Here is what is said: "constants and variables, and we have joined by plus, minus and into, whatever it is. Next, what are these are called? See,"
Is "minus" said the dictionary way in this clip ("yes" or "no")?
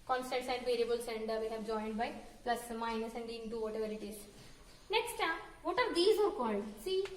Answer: yes